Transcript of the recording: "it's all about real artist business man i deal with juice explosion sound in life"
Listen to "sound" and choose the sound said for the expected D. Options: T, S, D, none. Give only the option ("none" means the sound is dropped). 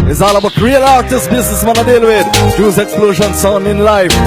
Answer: none